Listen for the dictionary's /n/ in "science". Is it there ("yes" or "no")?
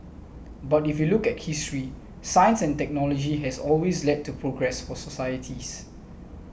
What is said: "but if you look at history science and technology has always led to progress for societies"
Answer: yes